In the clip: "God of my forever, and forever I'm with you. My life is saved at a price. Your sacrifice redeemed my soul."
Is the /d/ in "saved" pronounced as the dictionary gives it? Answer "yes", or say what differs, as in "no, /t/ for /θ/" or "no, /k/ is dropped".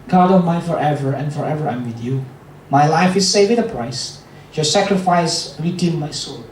no, /d/ is dropped